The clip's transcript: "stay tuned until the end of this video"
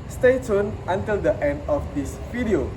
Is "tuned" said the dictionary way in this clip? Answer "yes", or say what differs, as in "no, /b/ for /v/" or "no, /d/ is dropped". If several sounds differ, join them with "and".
no, /d/ is dropped